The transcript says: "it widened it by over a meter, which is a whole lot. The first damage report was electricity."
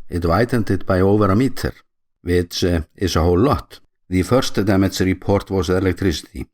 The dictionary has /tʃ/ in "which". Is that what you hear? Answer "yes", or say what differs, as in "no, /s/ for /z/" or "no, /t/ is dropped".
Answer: no, /s/ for /tʃ/